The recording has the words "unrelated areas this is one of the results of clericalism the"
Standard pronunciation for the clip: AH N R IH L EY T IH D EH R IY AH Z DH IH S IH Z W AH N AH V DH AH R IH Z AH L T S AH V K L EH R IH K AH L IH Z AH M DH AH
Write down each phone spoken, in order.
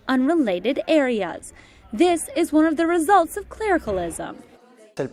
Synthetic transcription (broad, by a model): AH N R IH L EY T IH D EH R IY AH Z DH IH S IH Z W AH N AH V DH AH R IH Z AH L T S AH V K L EH R IH K AH L IH Z AH M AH